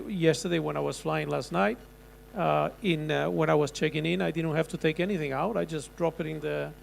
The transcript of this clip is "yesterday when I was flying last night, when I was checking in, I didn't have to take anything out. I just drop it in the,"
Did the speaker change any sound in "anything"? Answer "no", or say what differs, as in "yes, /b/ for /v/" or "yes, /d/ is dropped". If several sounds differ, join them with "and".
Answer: no